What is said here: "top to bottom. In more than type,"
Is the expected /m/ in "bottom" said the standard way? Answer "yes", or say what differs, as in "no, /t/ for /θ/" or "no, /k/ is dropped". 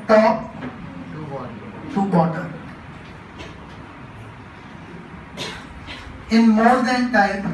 no, /m/ is dropped